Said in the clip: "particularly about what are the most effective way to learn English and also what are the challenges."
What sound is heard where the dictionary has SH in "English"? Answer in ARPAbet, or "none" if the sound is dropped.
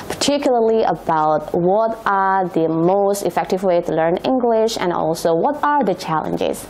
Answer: SH